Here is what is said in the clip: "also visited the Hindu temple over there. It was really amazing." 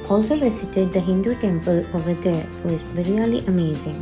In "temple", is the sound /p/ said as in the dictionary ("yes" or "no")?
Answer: yes